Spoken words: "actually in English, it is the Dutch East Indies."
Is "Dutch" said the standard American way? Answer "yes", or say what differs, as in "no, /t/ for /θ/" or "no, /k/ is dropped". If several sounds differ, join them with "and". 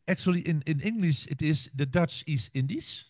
yes